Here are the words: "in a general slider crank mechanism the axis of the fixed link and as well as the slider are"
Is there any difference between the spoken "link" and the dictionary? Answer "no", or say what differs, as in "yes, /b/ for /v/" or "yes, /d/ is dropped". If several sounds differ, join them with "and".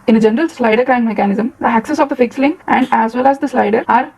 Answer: yes, /k/ is dropped